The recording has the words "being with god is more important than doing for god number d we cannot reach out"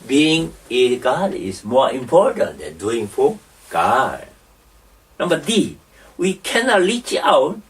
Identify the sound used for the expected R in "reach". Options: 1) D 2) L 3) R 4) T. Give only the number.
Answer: 2